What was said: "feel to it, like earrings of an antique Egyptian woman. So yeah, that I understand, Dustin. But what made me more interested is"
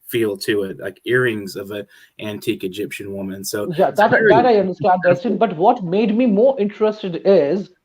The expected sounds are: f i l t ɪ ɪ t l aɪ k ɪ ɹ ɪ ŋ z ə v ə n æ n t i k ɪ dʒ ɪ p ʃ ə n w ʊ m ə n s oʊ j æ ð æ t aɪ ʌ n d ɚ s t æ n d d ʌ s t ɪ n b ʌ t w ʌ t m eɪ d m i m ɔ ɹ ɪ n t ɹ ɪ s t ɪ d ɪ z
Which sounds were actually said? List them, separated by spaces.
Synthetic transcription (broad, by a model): f i l t ɪ ɪ t l aɪ k ɪ ɹ ɪ ŋ z ə v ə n æ n t i k ɪ dʒ ɪ p ʃ ə n w ʊ m ə n s oʊ j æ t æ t aɪ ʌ n d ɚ s t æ n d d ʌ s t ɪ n b ʌ t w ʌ t m eɪ d m i m ɔ ɹ ɪ n t ɹ ɪ s t ɪ d ɪ z